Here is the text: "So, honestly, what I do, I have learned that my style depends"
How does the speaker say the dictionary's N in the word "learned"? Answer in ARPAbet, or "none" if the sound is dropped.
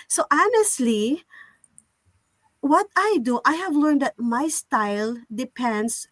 N